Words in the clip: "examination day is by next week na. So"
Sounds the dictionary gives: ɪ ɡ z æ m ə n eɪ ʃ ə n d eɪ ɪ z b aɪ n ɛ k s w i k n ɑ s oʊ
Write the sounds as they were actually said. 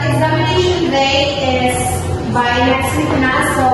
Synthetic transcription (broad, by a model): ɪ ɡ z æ m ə n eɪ ʃ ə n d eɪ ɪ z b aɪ l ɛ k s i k n ɑ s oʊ